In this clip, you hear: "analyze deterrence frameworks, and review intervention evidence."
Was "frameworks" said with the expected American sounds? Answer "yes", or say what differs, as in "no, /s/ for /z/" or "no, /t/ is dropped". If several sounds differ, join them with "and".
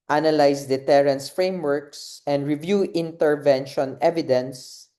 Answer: yes